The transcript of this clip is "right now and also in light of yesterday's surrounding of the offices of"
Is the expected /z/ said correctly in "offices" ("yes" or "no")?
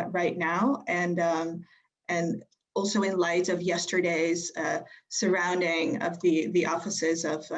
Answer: yes